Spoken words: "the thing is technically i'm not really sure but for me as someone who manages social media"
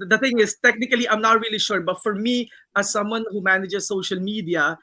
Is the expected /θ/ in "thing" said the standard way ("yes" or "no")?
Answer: no